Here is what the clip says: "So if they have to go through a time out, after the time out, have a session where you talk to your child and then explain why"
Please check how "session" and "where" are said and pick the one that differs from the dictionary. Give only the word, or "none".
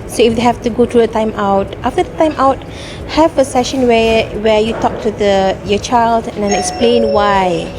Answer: where